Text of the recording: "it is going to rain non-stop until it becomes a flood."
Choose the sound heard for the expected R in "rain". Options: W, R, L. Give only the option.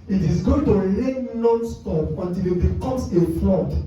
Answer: L